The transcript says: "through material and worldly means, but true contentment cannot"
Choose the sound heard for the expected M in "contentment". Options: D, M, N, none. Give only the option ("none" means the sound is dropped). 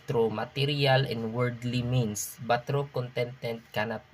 none